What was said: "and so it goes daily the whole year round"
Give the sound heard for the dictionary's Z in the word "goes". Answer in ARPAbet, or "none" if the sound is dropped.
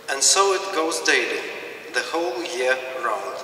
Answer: Z